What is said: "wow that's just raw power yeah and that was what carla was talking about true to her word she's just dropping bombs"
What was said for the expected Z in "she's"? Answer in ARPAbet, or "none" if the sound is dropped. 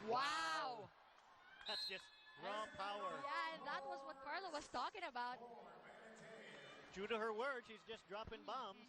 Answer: Z